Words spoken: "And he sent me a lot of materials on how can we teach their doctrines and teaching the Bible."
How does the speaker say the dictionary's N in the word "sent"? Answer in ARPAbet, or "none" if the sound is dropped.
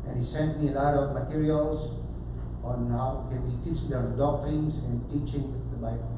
N